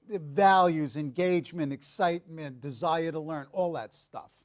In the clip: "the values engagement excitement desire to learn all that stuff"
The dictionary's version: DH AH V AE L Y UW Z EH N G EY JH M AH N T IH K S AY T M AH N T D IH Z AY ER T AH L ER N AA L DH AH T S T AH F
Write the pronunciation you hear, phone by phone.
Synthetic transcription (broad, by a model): V AE L Y UW Z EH N G EY JH M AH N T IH K S AY T M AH N D IH Z AY ER T AH L ER N AA L DH AH T S T AH F